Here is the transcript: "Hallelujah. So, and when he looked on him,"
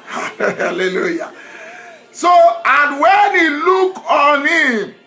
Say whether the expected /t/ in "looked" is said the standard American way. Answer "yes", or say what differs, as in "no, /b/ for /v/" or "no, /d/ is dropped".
no, /t/ is dropped